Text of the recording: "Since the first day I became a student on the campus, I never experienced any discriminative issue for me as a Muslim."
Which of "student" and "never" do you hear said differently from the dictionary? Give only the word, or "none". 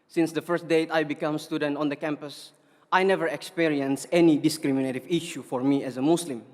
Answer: none